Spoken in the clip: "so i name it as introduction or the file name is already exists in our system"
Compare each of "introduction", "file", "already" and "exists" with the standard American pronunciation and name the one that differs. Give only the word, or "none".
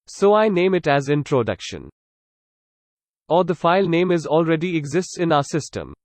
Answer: none